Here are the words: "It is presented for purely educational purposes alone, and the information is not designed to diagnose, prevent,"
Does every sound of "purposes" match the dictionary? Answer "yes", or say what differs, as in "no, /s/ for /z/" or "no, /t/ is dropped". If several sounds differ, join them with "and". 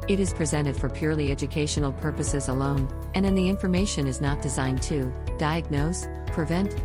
yes